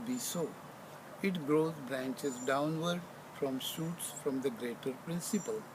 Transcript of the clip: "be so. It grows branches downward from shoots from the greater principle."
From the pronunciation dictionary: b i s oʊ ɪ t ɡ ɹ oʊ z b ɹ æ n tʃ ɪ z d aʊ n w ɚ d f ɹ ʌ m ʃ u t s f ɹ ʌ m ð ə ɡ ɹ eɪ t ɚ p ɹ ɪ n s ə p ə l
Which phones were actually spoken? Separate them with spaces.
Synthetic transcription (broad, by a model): b i s oʊ ɪ t ɡ ɹ oʊ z b ɹ æ n tʃ ɪ z d aʊ n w ɚ d f ɹ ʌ m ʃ u t s f ɹ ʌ m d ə ɡ ɹ eɪ t ɚ p ɹ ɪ n s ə p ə l